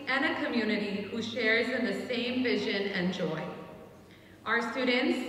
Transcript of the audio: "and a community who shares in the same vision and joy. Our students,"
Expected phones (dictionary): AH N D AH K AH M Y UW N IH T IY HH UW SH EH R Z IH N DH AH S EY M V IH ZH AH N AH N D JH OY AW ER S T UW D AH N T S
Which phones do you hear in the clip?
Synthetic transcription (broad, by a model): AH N AH K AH M Y UW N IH T IY HH UW SH EH R Z IH N DH AH S EY M V IH ZH AH N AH N JH OY AW ER S T UW D N T S